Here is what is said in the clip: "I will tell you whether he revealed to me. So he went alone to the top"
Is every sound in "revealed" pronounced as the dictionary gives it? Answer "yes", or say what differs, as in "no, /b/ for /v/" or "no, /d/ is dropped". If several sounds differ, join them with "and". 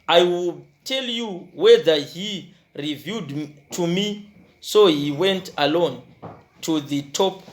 no, /l/ is dropped